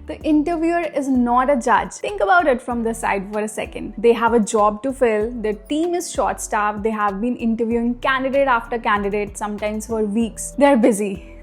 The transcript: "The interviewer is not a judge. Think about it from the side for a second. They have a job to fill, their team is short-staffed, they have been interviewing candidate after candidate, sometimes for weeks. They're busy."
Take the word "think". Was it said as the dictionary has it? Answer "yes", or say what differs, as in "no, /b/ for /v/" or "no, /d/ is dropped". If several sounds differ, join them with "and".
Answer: no, /t/ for /θ/